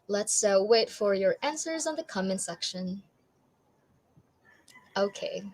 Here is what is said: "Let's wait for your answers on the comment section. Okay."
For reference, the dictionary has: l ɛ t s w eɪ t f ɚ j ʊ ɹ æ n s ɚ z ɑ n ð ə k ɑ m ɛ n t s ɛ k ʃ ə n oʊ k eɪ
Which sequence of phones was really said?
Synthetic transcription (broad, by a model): l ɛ t s w eɪ t f ɚ j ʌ ɹ æ n s ɚ z n ð ə k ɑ m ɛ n s ɛ k ʃ ə n oʊ k eɪ